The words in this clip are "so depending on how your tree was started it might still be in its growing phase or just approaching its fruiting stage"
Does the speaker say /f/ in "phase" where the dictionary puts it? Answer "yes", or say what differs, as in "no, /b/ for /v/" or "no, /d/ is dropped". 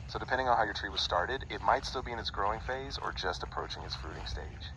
yes